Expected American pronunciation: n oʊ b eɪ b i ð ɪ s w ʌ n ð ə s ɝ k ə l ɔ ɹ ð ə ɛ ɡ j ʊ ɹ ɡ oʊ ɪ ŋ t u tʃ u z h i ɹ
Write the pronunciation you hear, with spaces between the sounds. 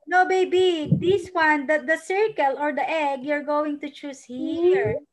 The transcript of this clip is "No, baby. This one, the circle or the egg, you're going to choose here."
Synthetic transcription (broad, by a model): n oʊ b eɪ b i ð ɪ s w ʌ n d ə s ɝ k ə l ɔ ɹ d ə ɛ ɡ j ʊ ɹ ɡ oʊ ɪ ŋ t u tʃ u s h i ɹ